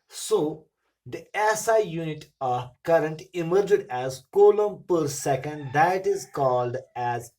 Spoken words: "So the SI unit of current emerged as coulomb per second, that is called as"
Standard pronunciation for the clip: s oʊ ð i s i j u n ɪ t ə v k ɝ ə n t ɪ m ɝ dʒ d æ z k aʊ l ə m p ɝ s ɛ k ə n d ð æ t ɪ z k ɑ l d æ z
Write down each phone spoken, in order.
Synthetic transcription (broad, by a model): s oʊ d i s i j u n ɪ t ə k ɝ ə n t ɪ m ɝ dʒ d æ z k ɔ l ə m p ɝ s ɛ k ə n d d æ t ɪ z k ɑ l d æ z